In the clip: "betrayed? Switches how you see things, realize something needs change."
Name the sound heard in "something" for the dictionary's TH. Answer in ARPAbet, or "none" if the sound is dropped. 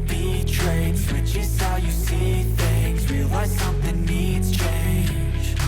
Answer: TH